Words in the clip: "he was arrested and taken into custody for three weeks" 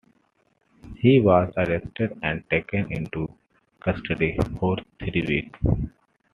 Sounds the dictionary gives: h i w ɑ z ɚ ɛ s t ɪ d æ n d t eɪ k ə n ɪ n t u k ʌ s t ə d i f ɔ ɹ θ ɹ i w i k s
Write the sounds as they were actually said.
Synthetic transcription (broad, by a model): h i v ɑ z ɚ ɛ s t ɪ d æ n d t eɪ k ə n ɪ n t u k ʌ s t ə d i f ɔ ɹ t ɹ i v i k